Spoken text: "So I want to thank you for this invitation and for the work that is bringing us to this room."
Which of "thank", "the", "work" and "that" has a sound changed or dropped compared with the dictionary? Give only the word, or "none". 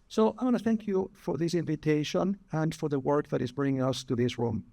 none